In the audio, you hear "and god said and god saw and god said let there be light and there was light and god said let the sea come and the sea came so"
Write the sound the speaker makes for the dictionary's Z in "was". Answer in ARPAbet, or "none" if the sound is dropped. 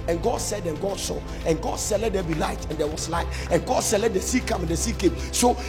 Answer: S